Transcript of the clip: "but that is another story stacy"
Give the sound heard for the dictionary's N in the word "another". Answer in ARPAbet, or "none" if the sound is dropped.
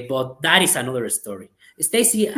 N